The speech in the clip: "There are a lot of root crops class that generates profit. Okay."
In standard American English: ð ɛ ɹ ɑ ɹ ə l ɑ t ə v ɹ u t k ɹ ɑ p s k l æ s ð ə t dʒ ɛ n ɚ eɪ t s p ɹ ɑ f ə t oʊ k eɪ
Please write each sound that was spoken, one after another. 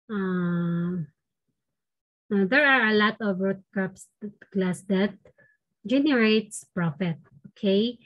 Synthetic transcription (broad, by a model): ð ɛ ɹ ɑ ɹ ə l ɑ t ə v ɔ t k ɑ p s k l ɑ s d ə t dʒ ɛ n ɚ eɪ t s p ɹ ɑ f ə t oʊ k eɪ